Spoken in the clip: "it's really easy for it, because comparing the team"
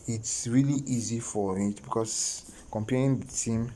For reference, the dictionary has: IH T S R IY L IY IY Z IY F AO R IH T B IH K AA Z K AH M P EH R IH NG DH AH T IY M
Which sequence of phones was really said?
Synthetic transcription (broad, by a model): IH T S R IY L IY IY Z IY F AO R IH T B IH K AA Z K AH M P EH IH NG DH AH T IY M